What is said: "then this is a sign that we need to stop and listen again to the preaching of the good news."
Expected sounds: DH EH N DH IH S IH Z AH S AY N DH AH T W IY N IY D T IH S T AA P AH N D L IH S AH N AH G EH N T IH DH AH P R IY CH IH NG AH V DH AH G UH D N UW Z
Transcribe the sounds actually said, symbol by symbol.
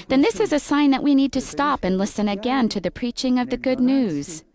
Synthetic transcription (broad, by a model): DH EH N DH IH S IH Z AH S AY N DH AH T W IY N IY D T IH S T AA P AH N L IH S AH N AH G EH N T IH DH AH P R IY CH IH NG AH V DH AH G UH D N UW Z